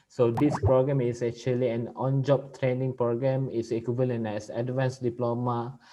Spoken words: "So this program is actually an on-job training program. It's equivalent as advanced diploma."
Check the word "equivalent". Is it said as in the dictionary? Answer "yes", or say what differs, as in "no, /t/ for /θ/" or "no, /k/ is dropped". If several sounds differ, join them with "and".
no, /t/ is dropped